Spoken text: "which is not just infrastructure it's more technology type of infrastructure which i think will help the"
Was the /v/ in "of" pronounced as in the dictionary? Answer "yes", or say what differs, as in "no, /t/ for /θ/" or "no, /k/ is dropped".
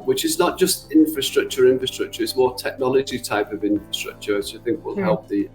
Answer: yes